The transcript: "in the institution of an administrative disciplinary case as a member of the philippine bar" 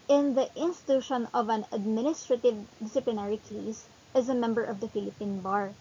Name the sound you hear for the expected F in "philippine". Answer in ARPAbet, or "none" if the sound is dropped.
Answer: F